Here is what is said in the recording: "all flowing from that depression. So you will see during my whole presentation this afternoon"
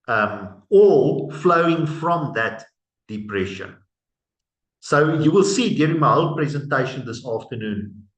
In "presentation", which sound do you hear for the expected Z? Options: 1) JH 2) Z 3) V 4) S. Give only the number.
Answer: 2